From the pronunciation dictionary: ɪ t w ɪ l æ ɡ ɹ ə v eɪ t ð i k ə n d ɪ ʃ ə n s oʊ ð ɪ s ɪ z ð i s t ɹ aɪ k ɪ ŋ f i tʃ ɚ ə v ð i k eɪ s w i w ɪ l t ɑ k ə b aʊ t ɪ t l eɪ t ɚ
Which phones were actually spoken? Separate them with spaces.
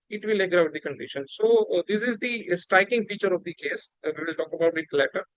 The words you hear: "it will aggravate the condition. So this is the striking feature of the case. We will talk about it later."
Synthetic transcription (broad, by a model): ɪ t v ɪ l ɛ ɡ ɹ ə ʊ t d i k ə n d ɪ ʃ ə n s oʊ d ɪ s ɪ z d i s t ɹ aɪ k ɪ ŋ f i tʃ ɚ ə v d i k eɪ s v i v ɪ l t ɑ k ə b aʊ t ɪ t l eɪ t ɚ